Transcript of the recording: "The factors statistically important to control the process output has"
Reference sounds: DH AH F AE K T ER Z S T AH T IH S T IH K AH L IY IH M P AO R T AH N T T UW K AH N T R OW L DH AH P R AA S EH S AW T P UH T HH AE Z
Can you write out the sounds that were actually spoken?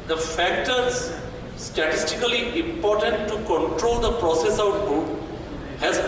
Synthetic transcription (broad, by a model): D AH F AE K T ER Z S T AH T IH S T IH K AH L IY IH M P AO R T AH N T T UW K AH N T R OW L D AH P R AA S EH S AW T B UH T HH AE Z